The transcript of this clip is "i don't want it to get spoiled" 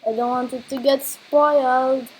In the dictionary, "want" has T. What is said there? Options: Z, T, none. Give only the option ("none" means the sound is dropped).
T